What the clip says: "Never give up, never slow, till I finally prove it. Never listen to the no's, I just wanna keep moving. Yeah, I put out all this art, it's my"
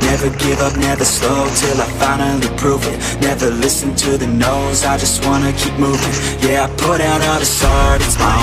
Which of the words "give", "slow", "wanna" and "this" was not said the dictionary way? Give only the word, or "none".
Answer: slow